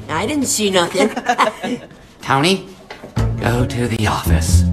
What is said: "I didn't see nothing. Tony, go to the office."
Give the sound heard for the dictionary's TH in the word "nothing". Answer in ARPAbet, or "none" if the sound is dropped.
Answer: TH